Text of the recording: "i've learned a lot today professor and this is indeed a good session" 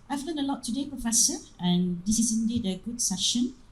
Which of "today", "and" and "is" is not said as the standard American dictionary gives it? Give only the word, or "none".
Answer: is